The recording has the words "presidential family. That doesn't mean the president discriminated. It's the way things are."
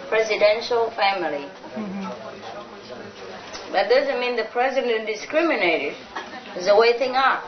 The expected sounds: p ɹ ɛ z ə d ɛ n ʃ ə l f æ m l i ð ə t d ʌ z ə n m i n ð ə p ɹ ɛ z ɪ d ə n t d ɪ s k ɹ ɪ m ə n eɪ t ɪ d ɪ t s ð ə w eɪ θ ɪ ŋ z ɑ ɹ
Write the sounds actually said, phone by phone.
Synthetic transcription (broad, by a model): p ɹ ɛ z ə d ɛ n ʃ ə l f æ m l i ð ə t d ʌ z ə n m i n ð ə p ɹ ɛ z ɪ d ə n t d ɪ s k ɹ ɪ m ə n eɪ t ɪ d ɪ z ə w eɪ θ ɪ ŋ ɑ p